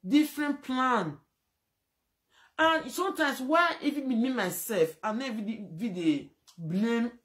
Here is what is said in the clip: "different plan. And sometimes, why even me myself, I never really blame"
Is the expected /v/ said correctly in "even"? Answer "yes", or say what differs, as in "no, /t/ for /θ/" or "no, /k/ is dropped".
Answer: no, /f/ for /v/